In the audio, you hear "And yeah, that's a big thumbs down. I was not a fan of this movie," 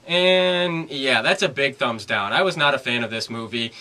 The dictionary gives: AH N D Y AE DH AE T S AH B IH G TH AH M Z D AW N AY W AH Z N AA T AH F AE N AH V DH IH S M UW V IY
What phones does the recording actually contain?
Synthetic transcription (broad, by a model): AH N Y AE DH AE T S AH B IH G TH AH M Z D AW N AY W AH Z N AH T AH F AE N AH V DH IH S M UW V IY